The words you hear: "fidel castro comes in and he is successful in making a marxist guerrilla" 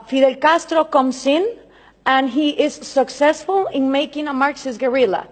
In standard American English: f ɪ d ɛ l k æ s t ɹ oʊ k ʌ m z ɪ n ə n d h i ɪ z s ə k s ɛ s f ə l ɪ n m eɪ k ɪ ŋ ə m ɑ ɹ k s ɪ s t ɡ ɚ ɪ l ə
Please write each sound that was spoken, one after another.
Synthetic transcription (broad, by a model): f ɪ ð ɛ l k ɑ s t ɹ oʊ k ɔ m s ɪ n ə n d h i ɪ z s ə k s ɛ s f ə l ɪ n m eɪ k ɪ ŋ ə m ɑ ɹ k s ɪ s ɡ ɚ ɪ l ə